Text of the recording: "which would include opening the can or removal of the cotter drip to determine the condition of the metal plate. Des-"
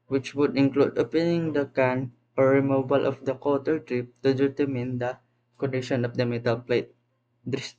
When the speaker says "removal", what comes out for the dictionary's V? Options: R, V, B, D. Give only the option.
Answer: B